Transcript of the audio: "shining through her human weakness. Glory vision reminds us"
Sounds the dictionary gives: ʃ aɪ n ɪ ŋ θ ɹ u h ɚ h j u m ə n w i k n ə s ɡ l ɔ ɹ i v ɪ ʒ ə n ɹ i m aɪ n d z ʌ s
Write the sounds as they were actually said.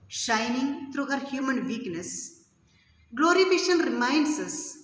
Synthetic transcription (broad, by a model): ʃ aɪ n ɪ ŋ t ɹ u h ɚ h j u m ə n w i k n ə s ɡ l ɔ ɹ i f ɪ ʃ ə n ɹ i m aɪ n d s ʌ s